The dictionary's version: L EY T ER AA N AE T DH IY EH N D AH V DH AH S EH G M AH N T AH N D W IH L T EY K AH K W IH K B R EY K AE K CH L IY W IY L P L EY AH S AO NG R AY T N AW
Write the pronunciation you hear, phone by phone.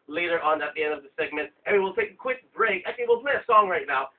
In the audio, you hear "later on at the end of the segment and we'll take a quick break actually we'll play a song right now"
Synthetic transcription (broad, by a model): L EY T ER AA N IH T DH IY EH N D AH V DH AH S EH G M AH N T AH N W W IH L T EY K AH K W IH K B R EY K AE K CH IY W IY L P L EY AH S AO NG R AY T N AW